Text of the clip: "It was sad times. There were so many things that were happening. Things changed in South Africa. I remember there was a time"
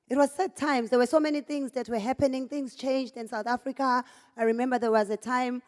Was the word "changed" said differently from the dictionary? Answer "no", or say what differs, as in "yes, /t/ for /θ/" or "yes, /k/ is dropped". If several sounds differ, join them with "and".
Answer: no